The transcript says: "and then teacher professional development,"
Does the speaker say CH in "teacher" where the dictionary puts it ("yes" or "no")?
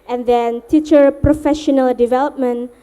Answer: yes